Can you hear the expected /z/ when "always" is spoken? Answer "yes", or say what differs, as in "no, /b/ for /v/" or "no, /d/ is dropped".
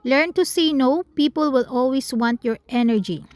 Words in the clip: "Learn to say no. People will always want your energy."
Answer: no, /s/ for /z/